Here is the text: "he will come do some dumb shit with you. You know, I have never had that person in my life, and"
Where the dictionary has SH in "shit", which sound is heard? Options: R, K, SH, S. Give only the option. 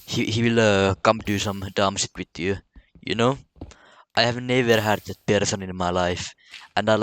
S